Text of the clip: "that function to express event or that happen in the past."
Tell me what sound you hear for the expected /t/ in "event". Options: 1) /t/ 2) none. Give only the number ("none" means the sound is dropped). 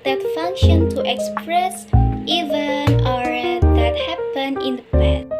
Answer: 2